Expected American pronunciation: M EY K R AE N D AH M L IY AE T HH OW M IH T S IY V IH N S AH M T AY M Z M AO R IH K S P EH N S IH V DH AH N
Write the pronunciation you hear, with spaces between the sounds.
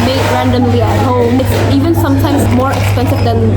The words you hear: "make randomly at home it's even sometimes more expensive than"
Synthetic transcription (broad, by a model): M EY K R AE N D AH M L IY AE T HH OW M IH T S IY V IH N S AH M T AY M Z M AO R IH K S P EH N S IH V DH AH N